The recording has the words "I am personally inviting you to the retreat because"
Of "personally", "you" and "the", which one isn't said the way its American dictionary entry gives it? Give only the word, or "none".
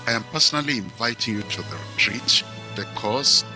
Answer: none